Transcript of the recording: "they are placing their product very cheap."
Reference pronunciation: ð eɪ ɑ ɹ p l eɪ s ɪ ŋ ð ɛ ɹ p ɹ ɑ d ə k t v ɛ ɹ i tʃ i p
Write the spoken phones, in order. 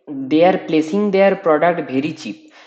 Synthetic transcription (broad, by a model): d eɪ ɑ ɹ p l eɪ s ɪ ŋ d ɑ ɹ p ɹ ɑ d ə k t b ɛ ɹ i tʃ i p